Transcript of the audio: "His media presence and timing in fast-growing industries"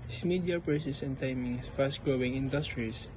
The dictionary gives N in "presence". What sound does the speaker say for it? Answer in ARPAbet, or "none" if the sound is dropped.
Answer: none